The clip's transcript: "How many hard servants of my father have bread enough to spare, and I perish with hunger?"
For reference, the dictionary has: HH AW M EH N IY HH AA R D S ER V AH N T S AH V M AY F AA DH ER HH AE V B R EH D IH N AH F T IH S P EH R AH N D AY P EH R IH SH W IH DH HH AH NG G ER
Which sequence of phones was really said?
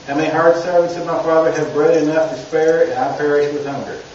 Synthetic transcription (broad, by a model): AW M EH IY HH AA R D S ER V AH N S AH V M AY F AA DH ER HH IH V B R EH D IH N AH F T IH S P EH R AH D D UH P EH R IH SH W IH DH HH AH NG G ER